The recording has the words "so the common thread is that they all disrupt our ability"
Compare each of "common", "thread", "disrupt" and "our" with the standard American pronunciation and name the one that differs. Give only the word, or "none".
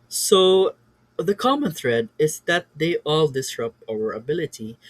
disrupt